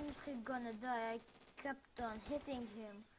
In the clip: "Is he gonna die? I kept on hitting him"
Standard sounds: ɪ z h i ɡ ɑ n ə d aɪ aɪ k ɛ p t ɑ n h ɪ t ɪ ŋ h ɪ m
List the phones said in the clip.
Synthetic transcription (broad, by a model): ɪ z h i ɡ ɑ n ə d aɪ aɪ k ɛ p t ɑ n h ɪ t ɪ ŋ h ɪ m